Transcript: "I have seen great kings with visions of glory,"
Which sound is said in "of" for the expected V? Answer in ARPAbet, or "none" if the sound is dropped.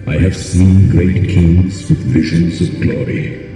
V